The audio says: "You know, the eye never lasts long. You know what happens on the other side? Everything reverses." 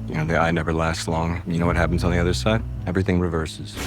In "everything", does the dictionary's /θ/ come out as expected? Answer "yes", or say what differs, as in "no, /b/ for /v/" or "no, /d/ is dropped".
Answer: yes